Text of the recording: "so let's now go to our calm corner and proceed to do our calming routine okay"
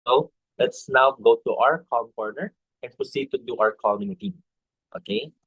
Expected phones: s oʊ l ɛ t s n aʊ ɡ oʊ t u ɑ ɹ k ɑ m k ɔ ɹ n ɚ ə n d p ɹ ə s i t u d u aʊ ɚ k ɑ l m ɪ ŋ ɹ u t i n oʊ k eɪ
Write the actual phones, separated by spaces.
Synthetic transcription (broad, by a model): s oʊ l ɛ t s n aʊ ɡ oʊ t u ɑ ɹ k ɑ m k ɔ ɹ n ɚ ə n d p ɹ ə s i t u d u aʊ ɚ k ɑ l m ɪ ŋ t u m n oʊ k eɪ